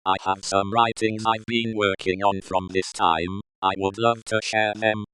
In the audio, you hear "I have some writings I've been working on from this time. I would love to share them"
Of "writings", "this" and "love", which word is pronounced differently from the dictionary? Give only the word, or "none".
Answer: none